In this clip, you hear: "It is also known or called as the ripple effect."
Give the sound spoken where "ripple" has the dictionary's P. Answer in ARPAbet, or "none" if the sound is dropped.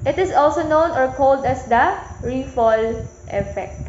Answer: F